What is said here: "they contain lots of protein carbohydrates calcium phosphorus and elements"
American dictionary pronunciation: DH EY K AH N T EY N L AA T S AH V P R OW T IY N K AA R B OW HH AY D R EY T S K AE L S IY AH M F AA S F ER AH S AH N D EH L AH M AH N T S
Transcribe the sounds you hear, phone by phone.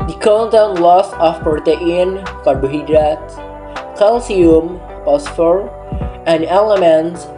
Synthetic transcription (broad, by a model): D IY K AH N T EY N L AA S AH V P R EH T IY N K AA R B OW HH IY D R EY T K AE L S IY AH M P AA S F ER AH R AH N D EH L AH M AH N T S